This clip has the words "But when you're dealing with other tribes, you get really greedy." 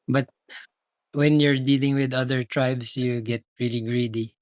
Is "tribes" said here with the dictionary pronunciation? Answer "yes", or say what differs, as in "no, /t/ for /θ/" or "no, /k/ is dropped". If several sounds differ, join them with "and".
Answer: no, /s/ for /z/